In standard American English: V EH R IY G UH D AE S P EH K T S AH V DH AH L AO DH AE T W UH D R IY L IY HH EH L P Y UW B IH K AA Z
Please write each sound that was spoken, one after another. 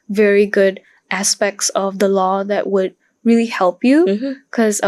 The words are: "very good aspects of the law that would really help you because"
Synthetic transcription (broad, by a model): V EH R IY G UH D AE S P EH K T S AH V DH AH L AO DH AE T W UH D R IY L IY HH EH L P Y UW K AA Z